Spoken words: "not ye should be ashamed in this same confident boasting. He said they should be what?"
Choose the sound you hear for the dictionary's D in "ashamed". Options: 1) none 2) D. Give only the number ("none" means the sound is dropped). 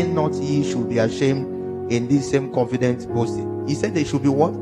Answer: 2